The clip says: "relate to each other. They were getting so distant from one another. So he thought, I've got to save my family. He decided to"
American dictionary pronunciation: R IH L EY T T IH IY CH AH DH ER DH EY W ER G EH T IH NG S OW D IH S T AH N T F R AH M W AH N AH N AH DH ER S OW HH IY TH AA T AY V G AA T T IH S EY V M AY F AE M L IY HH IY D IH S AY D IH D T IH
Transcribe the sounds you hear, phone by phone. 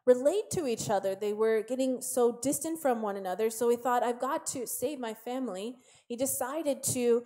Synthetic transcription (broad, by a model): R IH L EY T T IH IY CH AH DH ER DH EY W ER G EH T IH NG S OW D IH S T AH N T F R AH M W AH N AH N AH DH ER S OW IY TH AA T AY V G AA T T IH S EY V M AY F AE M L IY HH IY D IH S AY D IH D T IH